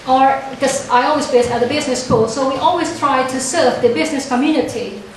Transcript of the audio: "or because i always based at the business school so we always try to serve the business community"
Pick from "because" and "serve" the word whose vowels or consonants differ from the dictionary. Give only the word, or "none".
because